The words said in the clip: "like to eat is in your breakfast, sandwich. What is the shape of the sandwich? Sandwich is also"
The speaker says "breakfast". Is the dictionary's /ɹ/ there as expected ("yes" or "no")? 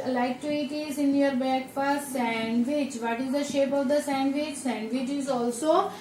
no